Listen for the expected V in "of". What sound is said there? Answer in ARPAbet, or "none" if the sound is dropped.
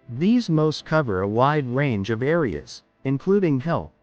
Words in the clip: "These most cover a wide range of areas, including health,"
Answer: V